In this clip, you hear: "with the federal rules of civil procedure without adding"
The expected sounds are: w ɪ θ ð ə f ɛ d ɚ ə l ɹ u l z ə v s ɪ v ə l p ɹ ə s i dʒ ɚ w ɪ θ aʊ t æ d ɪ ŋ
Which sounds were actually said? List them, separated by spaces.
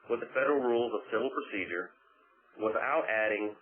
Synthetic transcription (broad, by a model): w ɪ ð ə f ɛ d ɚ l ɹ u l z ə v s ɪ v l p ɹ ə s i dʒ ɚ w ɪ θ aʊ t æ d ɪ ŋ